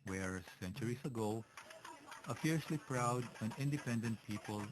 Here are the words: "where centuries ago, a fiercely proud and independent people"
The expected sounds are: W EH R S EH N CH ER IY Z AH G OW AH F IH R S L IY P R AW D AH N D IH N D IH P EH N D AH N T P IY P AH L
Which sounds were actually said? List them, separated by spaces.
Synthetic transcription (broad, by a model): W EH R S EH N CH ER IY S AH G OW AH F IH R S L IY P R AW D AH N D IH N D IH P EH N D AH N T P IY P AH L